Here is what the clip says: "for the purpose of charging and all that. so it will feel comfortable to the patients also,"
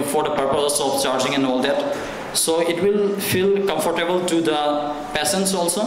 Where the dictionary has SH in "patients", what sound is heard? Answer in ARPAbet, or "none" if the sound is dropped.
S